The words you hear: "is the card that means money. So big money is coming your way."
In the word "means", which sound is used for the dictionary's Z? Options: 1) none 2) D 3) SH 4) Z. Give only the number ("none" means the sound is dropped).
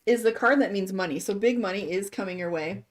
4